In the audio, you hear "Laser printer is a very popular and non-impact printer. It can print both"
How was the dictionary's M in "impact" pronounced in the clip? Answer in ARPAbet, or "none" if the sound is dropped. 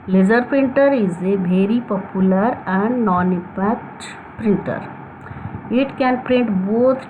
none